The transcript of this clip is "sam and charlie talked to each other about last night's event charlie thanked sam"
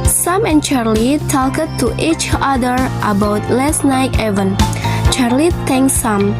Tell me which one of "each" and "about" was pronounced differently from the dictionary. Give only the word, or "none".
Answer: none